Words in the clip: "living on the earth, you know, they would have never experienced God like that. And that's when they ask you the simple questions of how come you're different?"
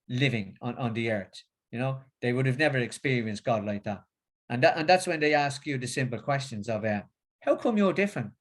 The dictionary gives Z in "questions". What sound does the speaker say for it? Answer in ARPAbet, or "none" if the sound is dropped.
Z